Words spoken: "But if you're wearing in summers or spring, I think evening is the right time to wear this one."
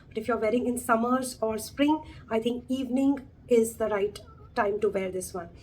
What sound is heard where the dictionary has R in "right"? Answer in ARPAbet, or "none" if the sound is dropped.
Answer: R